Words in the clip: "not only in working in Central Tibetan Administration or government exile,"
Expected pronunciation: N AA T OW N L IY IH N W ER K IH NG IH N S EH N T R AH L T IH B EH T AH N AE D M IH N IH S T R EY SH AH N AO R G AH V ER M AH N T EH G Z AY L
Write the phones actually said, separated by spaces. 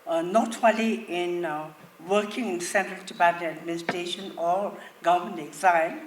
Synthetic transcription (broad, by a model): N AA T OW L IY IH N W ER K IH NG IH N S EH N T R AH L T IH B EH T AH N AE D M IH N IH S T R EY SH AH N AO R G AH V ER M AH N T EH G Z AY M